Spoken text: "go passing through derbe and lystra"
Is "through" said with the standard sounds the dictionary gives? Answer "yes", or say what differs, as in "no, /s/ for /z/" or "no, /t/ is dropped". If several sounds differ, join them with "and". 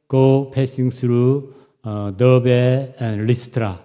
no, /s/ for /θ/